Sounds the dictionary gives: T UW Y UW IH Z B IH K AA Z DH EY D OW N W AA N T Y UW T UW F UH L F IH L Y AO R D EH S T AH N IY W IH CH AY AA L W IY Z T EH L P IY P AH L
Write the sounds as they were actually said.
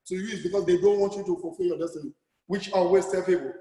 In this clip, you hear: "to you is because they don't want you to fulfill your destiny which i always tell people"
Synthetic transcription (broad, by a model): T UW Y UW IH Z B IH K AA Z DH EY D OW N W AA N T Y UW T UW F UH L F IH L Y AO D EH S T AH N IY W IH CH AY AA W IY S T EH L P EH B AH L